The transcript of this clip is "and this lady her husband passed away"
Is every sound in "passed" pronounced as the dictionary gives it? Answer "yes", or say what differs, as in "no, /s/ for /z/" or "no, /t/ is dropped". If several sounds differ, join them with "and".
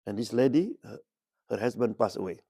no, /t/ is dropped